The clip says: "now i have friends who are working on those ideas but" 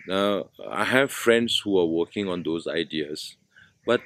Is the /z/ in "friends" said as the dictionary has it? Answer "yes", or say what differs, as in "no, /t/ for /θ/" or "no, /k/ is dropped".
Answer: no, /s/ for /z/